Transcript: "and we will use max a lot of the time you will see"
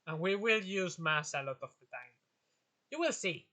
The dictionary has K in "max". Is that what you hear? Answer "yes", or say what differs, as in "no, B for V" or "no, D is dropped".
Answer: no, K is dropped